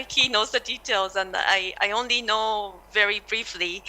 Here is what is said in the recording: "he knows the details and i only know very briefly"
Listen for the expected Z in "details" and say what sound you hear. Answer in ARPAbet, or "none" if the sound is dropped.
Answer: Z